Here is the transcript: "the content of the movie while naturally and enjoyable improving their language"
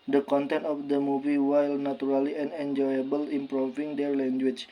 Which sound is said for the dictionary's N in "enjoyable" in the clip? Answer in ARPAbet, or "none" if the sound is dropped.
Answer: N